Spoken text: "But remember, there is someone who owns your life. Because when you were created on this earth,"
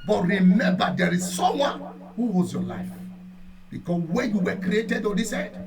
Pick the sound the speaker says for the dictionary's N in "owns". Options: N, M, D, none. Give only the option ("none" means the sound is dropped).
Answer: none